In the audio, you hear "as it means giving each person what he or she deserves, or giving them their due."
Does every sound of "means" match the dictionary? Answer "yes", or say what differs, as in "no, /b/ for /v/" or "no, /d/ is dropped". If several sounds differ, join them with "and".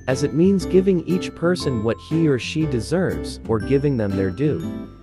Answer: yes